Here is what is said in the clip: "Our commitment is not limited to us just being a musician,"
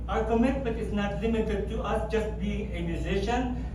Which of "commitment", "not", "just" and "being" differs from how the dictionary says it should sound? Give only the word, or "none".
commitment